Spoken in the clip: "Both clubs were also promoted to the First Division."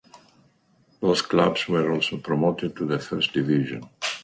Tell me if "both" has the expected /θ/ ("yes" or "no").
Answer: no